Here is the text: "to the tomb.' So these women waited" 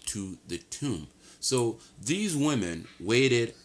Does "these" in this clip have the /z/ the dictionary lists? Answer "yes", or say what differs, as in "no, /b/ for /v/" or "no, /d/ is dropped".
yes